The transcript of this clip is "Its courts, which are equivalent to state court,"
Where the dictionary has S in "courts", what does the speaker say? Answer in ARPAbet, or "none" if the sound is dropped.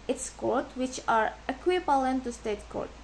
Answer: none